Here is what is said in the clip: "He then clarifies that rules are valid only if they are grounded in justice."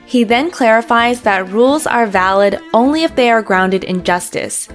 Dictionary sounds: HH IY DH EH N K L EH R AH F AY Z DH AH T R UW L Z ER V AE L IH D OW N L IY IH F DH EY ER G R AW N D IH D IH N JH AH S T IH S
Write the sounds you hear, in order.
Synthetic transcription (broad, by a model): HH IY DH EH N K L EH R AH F AY Z DH AH T R UW L Z ER V AE L IH D OW N L IY IH F DH EY ER G R AW N D IH D IH N JH AH S T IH S